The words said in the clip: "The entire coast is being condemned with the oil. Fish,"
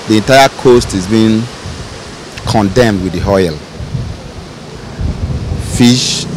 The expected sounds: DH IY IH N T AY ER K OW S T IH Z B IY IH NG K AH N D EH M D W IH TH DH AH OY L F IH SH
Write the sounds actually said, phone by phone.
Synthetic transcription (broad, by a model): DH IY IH N T AY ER K OW S T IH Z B IY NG K AH N D EH M D W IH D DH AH OY L F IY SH